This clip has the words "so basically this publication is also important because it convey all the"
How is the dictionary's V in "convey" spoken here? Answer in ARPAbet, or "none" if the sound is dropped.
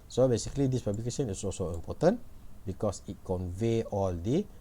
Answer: V